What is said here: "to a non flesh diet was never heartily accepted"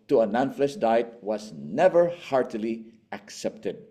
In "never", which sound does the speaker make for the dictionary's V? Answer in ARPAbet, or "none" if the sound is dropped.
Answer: V